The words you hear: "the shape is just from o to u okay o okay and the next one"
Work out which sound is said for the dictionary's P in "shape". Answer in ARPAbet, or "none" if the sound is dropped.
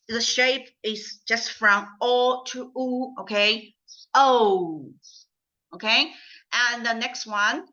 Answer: P